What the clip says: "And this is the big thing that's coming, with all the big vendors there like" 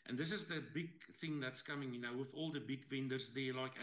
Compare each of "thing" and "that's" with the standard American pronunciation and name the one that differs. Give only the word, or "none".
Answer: none